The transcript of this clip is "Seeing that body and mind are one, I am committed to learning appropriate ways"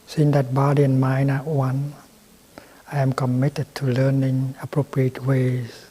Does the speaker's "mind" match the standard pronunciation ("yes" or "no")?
no